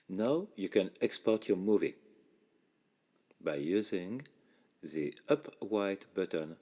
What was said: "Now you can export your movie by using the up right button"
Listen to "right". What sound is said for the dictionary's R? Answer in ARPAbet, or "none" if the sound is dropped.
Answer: W